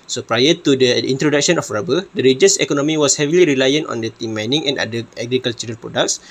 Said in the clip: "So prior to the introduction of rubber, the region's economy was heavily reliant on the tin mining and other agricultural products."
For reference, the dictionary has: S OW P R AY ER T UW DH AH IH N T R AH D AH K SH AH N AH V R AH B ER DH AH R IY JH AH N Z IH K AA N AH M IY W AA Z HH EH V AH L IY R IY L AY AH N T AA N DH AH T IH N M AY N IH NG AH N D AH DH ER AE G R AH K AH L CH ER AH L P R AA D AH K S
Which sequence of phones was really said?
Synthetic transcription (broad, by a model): S OW P R AY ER T UW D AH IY N T R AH D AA K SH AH N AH F R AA B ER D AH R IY JH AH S IH K AA N AH M IY W AA S HH EH V AH L IY R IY L AY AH N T AA N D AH T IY M AY N IH NG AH N D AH ER G R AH K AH L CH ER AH N P R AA D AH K S